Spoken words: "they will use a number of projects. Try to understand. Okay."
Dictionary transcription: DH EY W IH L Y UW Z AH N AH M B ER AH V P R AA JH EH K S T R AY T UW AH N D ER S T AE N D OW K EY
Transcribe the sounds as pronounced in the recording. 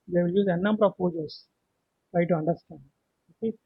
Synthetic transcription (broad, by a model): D EY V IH L Y UW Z AH N AH M B ER AH V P AO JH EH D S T R AY T UW AH N D ER S T AE N D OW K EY